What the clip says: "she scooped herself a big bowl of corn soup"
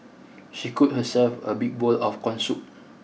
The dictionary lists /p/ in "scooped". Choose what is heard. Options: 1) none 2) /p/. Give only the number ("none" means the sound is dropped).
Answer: 1